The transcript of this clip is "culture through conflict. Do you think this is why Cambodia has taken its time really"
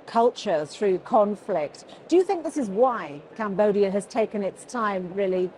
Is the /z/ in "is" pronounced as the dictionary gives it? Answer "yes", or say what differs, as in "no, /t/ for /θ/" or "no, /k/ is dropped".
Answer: yes